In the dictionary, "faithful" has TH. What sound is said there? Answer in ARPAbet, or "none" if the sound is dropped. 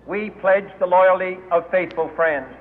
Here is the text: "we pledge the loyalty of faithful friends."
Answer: TH